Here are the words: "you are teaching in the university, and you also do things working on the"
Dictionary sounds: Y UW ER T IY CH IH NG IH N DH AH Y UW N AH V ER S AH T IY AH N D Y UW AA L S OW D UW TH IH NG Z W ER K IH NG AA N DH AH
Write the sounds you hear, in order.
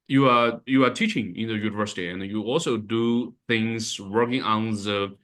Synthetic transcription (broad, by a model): Y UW ER T IY CH IH NG IH N DH AH Y UW N AH V ER S AH T IY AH N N Y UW AA L S OW D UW TH IH NG Z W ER K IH NG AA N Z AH